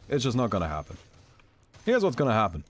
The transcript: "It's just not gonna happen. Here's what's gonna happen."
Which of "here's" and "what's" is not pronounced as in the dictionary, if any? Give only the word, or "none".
none